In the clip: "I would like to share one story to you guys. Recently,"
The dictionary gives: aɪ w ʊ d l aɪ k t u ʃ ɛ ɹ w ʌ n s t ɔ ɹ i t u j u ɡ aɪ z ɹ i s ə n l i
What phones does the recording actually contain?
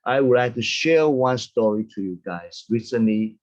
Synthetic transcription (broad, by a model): aɪ w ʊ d l aɪ k t u ʃ ɛ ɹ w ʌ n s t ɔ ɹ i t u j u ɡ aɪ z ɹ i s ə n l i